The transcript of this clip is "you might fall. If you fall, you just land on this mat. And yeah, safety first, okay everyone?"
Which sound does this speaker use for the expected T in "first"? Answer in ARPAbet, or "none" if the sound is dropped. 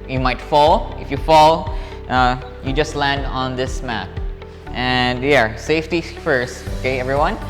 T